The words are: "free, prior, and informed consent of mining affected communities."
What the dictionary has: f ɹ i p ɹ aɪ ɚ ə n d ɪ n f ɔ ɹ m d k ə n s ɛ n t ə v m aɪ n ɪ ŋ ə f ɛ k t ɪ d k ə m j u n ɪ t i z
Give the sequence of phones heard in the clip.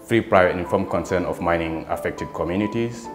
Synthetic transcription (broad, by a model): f ɹ i p ɹ aɪ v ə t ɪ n f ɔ m k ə n s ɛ n ə f m aɪ n ɪ ŋ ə f ɛ k t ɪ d k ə m j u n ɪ t i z